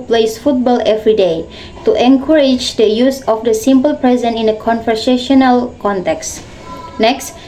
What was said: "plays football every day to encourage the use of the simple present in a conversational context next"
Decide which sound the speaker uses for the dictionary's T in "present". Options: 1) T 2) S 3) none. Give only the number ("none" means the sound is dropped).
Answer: 3